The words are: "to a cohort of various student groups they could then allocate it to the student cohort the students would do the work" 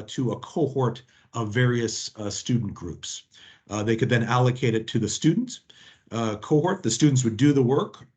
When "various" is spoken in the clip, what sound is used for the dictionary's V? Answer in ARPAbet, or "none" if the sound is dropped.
V